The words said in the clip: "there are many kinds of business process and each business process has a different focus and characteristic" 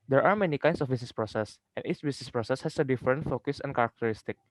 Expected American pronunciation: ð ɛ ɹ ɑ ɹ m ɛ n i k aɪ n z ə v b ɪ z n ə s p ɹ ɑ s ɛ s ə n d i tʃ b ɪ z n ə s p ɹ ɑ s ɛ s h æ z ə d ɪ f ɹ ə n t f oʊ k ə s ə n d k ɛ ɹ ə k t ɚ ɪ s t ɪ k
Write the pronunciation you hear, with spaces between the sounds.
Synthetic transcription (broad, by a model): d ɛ ɹ ɑ ɹ m ɛ n i k aɪ n s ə f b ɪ s n s p ɹ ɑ s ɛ s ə n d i s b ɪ s n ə s p ɹ ɑ s ɛ s h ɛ s ə d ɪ f ɹ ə n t f oʊ k ə s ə n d k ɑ ɹ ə k t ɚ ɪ s t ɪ k